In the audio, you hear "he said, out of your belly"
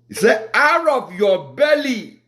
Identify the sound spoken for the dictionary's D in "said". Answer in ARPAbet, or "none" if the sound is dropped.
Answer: none